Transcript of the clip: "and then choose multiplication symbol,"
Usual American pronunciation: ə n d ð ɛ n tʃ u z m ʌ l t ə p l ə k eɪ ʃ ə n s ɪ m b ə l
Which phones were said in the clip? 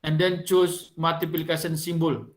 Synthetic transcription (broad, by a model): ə n d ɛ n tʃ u s m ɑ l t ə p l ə k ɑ s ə n s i m b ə l